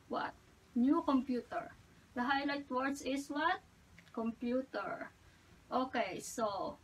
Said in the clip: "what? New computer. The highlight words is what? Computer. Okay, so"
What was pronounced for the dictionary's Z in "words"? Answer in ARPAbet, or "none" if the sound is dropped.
S